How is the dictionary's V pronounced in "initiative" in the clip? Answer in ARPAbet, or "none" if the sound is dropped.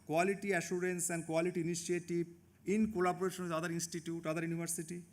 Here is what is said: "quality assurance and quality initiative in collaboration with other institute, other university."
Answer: B